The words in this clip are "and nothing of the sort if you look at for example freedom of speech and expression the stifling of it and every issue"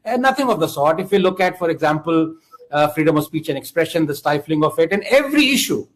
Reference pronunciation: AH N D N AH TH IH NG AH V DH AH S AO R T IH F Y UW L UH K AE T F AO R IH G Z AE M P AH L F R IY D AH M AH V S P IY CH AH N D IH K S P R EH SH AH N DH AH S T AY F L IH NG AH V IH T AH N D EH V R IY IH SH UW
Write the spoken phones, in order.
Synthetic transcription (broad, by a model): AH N N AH T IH NG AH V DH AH S AO R T IH F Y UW L UH K AE T F AO R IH G Z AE M P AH L F R IY D AH M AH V S P IY CH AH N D IH K S P R EH SH AH N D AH S T AY F L IH NG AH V IH T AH N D EH V R IY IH SH UW